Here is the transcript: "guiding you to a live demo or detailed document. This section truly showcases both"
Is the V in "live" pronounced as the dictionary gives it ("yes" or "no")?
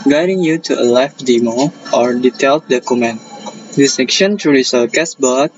no